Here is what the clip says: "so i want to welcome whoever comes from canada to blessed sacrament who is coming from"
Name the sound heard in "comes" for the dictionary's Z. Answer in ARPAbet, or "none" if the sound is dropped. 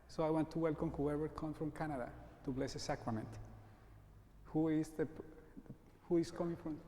none